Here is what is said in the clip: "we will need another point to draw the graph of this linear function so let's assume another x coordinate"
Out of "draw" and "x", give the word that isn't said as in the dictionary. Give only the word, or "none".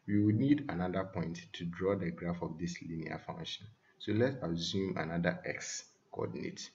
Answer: none